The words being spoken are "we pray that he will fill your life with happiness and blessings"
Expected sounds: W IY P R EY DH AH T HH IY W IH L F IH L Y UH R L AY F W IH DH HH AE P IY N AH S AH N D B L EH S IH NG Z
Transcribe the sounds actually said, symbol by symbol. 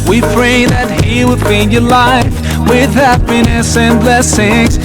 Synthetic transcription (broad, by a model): W IY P R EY DH AH T HH IY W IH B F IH N Y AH R L AY F W IH DH HH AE P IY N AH S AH N B L EH S IH NG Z